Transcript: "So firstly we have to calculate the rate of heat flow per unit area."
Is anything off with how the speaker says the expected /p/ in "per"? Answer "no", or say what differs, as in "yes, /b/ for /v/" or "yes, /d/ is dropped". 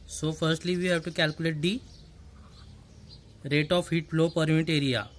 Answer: no